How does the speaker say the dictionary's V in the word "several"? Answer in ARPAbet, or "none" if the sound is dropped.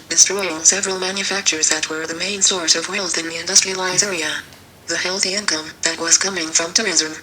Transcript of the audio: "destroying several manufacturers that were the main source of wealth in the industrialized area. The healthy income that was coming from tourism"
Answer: V